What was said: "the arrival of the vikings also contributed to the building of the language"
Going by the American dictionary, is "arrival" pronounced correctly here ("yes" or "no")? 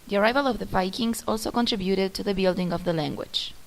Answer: yes